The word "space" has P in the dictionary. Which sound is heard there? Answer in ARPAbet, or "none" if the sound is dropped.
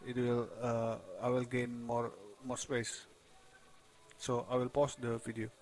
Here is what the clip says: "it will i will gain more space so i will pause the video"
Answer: P